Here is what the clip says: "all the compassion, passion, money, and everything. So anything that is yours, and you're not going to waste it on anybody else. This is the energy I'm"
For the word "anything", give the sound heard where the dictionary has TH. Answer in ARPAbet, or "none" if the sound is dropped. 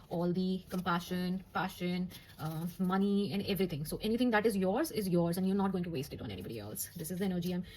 T